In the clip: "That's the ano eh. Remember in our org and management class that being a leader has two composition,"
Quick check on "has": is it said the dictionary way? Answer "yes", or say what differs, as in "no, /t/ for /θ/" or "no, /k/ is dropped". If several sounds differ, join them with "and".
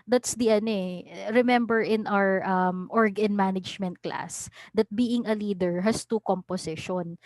no, /s/ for /z/